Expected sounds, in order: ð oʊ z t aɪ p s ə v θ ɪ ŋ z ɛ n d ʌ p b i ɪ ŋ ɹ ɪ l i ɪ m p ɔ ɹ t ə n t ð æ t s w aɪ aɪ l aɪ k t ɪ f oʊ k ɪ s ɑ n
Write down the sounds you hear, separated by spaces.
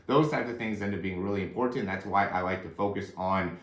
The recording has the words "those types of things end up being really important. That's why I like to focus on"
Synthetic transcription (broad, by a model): ð oʊ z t aɪ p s ə v θ ɪ ŋ z ɛ n d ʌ b i ɪ ŋ ɹ ɪ l i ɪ m p ɔ ɹ t n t ð æ t s w aɪ aɪ l aɪ k t ɪ f oʊ k ɪ s n